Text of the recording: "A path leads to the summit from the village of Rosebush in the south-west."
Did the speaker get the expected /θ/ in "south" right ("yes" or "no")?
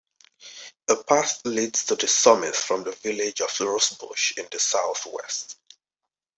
yes